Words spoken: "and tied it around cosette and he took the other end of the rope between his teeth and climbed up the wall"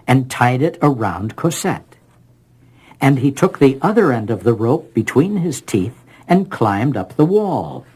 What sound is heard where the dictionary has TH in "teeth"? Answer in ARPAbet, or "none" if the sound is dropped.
TH